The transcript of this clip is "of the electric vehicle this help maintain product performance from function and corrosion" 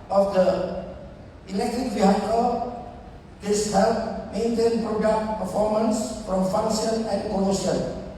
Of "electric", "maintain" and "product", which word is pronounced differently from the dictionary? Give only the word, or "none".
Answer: electric